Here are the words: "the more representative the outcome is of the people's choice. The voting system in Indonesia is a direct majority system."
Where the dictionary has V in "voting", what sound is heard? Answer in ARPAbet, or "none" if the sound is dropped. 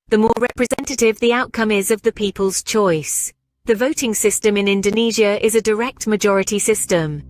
V